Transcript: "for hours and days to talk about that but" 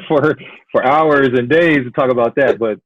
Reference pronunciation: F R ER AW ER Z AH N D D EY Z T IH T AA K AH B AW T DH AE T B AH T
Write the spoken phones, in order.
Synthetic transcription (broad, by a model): F R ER AW ER Z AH N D D EY Z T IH T AA K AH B AW T DH AE T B AH T